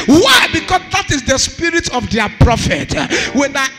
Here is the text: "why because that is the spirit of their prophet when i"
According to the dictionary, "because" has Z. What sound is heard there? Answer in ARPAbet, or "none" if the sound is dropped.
S